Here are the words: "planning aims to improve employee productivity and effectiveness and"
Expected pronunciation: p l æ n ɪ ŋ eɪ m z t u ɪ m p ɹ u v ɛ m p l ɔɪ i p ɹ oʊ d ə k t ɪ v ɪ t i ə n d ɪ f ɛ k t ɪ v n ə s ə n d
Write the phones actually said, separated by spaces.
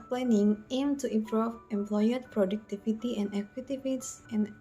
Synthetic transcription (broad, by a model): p l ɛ n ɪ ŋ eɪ m t u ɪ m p ɹ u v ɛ m p l ɔɪ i p ɹ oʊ d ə k t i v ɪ t i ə n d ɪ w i t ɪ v ə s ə n